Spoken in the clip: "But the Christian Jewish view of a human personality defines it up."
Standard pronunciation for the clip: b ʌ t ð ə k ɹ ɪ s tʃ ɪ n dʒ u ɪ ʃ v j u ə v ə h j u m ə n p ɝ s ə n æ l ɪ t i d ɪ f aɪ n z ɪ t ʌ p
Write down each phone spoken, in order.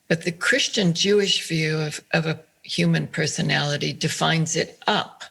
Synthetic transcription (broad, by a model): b ʌ t ð ə k ɹ ɪ s tʃ ɪ n dʒ u ɪ ʃ v j u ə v ə h j u m ə n p ɝ s ə n æ l ɪ t i d ɪ f aɪ n z ɪ t ʌ p